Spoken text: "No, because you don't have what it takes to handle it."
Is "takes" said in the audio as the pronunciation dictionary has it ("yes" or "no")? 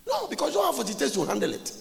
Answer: no